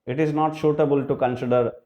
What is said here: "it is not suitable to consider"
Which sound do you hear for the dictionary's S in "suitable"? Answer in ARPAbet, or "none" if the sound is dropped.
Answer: SH